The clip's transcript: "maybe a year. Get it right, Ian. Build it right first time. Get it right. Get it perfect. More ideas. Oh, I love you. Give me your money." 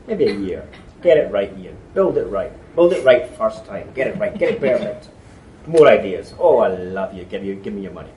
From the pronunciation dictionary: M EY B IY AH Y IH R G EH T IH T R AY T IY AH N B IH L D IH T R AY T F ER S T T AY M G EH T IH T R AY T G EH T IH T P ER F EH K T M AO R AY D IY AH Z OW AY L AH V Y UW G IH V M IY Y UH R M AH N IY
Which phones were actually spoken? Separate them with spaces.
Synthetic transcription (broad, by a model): M EY B IY AH Y IH R G EH T IH T R AY T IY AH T B IH L D IH T R AY T F ER S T T AY M G EH T IH T R AY T G EH T IH T B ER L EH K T M AO R AY D IY AH Z OW AY L AH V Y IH G IH V M IY Y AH R M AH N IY